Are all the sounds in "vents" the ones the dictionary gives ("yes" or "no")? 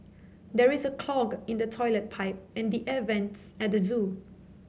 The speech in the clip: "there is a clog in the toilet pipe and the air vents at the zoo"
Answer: yes